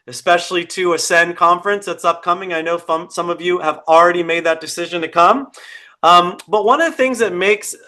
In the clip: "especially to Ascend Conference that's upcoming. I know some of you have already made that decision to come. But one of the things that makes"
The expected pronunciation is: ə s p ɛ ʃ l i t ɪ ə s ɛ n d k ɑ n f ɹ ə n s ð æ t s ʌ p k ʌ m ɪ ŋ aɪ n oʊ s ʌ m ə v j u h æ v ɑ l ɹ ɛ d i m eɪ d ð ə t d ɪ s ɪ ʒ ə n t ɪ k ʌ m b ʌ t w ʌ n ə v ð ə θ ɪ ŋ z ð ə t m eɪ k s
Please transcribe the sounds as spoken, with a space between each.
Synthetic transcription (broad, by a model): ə s p ɛ ʃ l i t ɪ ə s ɛ n k ɑ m f ɹ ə n s ð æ t s ʌ p k ʌ m ɪ ŋ aɪ n oʊ s ʌ m ə v j u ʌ v l ɹ ɛ d i m eɪ d ð ə t d ɪ s ɪ ʒ ə n t ɪ k ʌ m b ʌ t w ʌ n ə v ð ə θ ɪ ŋ z ð ə t m eɪ k s